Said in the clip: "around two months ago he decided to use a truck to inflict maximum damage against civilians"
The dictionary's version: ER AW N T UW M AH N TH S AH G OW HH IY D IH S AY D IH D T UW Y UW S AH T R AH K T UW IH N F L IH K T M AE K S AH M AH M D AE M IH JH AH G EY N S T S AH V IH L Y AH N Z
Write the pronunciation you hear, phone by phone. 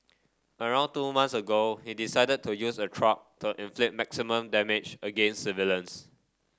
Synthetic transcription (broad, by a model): ER AW N T UW M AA N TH S AH G OW HH IY D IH S AY D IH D T UW Y UW S AH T R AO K T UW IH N F L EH T M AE K S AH M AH M D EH M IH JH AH G EY N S S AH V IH L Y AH N S